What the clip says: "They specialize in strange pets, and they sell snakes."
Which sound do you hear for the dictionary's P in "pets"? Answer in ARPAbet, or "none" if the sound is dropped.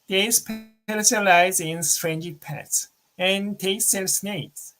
P